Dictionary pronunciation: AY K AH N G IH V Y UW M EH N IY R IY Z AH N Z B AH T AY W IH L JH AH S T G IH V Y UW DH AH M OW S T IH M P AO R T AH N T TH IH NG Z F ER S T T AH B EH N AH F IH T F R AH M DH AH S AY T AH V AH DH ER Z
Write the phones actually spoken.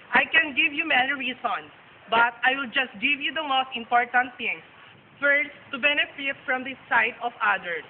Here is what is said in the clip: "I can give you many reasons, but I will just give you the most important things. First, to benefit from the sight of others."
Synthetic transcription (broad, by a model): AY K AH N G IH V Y UW M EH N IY R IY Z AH N S B AH T AY W IH L JH AH S T G IH V Y UW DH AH M OW S T IH M P AO R T AH N T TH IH NG S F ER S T T AH B EH N AH F IH T F R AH M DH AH S AY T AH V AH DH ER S